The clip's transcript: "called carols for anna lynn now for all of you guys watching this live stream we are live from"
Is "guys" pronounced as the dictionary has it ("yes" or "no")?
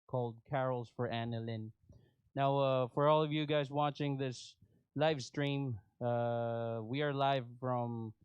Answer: yes